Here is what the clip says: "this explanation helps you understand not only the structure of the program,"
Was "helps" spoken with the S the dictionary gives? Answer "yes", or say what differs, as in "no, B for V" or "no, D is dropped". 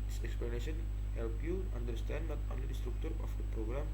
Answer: no, S is dropped